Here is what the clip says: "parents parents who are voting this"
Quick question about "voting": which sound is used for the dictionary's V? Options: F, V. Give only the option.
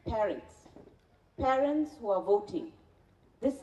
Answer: V